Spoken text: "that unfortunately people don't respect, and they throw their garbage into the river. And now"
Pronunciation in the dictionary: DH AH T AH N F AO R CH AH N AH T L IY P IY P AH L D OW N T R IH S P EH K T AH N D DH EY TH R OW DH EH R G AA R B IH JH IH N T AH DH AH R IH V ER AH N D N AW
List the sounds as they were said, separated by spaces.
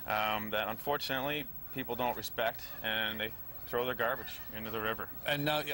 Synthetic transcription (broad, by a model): DH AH T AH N F AO R CH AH N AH T L IY P IY P L D OW N T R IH S P EH K T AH N DH EY TH R OW DH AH R G AA R B IH JH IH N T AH DH AH R IH V ER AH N N AW